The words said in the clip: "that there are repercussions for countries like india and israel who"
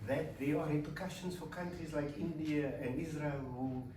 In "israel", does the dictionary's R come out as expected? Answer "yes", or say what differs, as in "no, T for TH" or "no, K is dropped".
yes